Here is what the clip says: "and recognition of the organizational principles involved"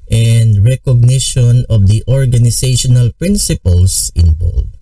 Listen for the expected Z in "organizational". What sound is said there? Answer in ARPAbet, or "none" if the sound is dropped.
S